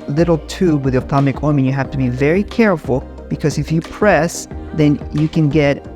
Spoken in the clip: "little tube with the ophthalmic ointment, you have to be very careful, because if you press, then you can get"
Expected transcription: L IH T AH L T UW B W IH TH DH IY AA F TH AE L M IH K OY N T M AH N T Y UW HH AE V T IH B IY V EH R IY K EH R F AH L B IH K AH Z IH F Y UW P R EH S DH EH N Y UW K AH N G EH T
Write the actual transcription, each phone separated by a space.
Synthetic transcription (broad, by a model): L IH T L T UW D W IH DH IY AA TH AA M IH K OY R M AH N Y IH HH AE F T IH B IY V EH R IY K EH R F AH L B IH K AH Z IH F Y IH P R EH S DH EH N Y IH K AH N G EH T